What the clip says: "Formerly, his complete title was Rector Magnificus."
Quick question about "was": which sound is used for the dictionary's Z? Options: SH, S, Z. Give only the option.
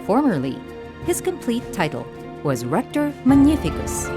Z